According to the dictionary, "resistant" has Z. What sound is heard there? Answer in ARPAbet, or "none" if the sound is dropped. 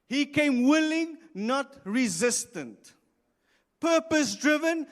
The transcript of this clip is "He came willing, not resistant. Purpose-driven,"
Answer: Z